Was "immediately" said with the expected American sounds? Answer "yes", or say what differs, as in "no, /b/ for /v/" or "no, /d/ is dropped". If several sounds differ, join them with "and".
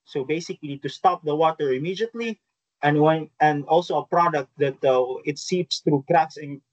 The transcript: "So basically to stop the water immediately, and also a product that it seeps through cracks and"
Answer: no, /w/ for /l/